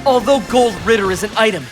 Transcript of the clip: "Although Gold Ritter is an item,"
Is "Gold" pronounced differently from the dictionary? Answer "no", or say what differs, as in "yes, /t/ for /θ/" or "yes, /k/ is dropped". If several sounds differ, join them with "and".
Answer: no